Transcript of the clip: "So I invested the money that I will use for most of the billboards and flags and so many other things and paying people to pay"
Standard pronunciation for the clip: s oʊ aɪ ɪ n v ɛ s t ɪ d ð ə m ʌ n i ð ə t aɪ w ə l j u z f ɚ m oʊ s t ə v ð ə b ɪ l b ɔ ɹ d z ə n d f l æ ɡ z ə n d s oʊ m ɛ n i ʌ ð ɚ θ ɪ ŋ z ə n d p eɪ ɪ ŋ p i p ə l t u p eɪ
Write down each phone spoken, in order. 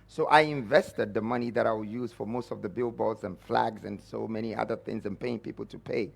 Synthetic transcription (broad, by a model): s oʊ aɪ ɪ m v ɛ s t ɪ d ð ə m ʌ n i ð ə t aɪ w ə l j u z f ɚ m oʊ s t ə v ð ə b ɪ l b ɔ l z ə n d f l æ ɡ z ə n s oʊ m ɛ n i ʌ ð ɚ θ ɪ ŋ z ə n p eɪ ɪ ŋ p i p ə l t u p eɪ